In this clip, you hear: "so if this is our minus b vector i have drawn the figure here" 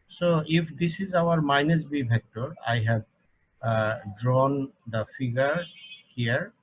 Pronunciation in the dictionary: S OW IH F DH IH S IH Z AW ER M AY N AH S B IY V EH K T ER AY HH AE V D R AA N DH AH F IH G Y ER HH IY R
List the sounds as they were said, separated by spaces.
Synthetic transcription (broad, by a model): S OW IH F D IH S IH Z AW ER M AY N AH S B IY B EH K T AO AY HH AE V D R AA N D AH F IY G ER HH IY R